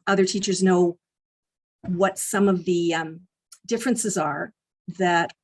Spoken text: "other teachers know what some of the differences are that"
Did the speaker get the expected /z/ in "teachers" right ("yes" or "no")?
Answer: yes